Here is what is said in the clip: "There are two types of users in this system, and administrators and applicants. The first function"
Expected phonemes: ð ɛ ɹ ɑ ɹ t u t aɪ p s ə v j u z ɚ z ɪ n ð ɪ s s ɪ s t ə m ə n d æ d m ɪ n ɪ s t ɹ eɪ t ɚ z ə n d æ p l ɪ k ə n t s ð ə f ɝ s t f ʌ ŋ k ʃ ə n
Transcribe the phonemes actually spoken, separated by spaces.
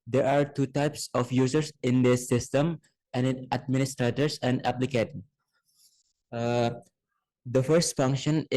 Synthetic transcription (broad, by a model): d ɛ ɹ ɑ ɹ t u t aɪ p s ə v j u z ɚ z ɪ n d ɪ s s ɪ s t ə m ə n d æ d m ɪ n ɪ s t ɹ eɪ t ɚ s ə n d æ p l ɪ k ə t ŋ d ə f ɝ s t f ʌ ŋ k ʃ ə n